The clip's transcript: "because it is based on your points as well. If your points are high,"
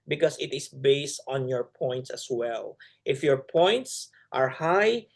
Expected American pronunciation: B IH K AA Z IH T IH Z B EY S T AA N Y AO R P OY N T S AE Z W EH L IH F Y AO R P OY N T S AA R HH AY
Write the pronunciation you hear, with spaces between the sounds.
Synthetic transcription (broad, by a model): B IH K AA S IH T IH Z B EY S T AA N Y AO R P OY N T S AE S W EH L IH F Y AO R P OY N T S AA R HH AY